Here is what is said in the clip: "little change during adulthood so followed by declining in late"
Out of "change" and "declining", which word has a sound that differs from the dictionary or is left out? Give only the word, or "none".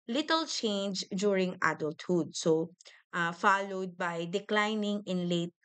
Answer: none